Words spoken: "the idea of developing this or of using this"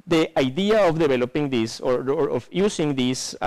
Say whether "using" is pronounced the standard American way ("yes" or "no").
no